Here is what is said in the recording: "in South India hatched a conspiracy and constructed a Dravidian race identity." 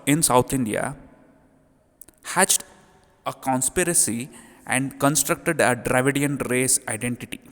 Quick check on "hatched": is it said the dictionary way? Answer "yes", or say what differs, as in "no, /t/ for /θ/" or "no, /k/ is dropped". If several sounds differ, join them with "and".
yes